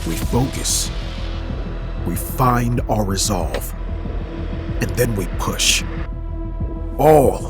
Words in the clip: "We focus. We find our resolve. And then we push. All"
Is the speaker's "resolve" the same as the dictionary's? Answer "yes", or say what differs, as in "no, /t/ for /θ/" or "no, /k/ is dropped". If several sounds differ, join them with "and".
yes